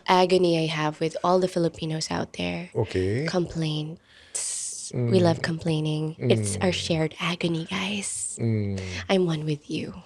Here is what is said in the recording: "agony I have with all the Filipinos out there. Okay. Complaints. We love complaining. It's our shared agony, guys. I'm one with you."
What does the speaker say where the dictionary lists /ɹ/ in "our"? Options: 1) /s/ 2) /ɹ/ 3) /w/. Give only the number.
2